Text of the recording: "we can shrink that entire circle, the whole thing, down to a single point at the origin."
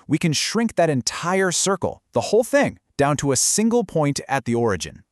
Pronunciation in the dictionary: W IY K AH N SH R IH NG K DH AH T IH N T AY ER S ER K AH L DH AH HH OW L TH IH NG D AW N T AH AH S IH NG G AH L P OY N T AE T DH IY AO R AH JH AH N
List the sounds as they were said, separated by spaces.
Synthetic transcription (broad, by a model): W IY K AH N SH R IH NG K DH AH T IH N T AY ER S ER K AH L DH AH HH OW L TH IH NG D AW N T AH AH S IH NG G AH L P OY N T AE T DH IY AO R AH JH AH N